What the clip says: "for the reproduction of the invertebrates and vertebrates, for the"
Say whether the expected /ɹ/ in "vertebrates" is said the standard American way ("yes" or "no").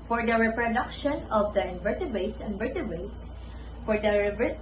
no